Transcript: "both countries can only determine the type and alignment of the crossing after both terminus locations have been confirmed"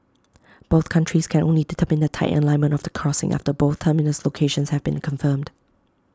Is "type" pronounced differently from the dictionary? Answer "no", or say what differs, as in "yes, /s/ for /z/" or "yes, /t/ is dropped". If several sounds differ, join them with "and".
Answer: yes, /p/ is dropped